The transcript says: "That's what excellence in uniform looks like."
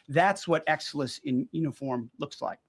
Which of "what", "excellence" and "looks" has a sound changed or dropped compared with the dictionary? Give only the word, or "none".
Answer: excellence